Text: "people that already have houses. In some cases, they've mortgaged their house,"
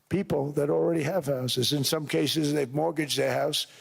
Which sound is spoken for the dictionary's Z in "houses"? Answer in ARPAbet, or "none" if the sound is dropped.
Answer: Z